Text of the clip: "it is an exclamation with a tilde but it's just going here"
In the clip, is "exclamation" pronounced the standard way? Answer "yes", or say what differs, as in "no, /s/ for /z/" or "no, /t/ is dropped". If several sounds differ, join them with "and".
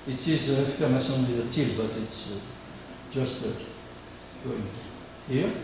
no, /l/ is dropped and /s/ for /ʃ/